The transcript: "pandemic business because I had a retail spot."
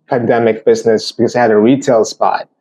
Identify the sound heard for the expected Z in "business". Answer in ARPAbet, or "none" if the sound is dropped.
Z